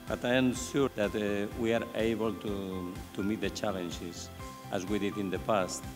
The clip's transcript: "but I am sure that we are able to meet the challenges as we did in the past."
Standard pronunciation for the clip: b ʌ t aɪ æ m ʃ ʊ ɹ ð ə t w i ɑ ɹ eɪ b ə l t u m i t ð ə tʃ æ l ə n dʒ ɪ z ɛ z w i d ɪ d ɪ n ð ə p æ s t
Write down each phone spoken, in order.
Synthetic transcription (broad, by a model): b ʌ t aɪ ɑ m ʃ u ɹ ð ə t w i ɑ ɹ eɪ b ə l t u m i t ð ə tʃ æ l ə n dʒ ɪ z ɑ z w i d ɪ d ɪ n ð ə p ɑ s t